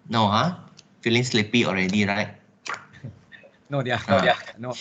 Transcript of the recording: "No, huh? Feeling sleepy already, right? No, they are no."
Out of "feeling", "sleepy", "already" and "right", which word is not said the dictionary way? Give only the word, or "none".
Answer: none